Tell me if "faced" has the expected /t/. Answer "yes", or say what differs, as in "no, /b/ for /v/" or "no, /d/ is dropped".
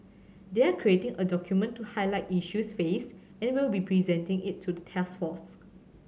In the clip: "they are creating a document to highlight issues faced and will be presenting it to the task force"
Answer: no, /t/ is dropped